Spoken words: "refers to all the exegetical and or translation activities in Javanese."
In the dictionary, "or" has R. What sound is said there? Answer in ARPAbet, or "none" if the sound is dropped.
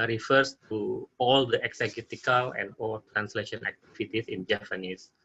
L